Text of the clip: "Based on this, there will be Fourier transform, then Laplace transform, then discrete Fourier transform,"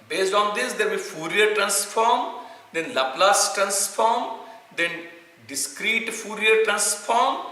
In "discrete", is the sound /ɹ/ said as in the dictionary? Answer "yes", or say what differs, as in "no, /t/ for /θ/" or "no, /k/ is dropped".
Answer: yes